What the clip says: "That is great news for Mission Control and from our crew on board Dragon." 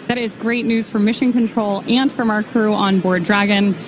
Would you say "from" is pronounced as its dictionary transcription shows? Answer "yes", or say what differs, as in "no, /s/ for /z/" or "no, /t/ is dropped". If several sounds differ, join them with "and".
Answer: yes